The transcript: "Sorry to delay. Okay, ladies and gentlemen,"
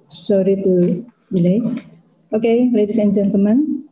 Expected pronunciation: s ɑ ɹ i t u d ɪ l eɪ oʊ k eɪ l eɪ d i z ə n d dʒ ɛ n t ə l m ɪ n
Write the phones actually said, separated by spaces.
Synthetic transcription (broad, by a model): s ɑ ɹ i t u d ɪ l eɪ oʊ k eɪ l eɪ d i s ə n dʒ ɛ n t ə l m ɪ n